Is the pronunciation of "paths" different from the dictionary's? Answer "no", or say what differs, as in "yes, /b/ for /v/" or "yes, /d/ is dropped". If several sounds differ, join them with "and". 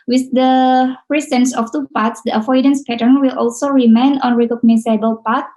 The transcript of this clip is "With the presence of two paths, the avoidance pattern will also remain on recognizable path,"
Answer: yes, /t/ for /θ/